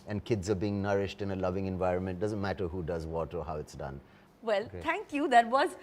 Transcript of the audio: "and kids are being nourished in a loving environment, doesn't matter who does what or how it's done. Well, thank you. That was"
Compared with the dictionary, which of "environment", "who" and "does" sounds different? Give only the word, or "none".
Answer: none